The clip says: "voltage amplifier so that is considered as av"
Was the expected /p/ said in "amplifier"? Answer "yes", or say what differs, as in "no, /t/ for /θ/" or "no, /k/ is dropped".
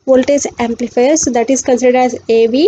yes